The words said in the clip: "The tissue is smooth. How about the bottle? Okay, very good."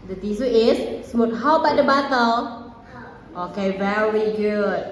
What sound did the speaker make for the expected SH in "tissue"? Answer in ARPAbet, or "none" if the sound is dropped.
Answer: S